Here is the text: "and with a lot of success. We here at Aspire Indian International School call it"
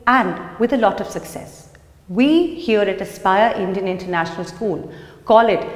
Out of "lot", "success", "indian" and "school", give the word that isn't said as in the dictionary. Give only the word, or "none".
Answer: none